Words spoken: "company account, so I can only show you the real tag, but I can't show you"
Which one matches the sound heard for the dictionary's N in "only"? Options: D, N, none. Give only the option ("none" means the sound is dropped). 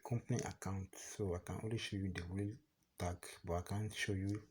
none